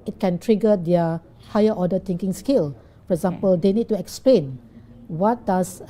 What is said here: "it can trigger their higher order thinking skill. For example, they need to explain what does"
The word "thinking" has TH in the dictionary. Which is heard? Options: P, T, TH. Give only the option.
T